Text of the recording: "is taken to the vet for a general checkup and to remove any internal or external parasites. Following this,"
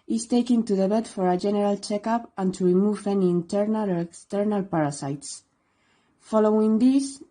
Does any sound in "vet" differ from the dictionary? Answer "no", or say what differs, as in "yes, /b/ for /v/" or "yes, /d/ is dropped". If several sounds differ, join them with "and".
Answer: yes, /b/ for /v/